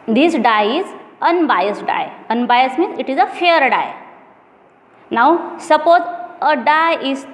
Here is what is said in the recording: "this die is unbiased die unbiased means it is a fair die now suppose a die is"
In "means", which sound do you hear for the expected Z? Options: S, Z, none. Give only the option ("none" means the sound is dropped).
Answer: none